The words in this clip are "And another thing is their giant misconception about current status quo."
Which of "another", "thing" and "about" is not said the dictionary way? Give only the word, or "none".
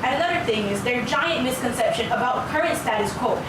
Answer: none